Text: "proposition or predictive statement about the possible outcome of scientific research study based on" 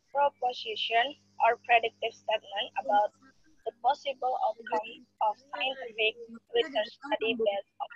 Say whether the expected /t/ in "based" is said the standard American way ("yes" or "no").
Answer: no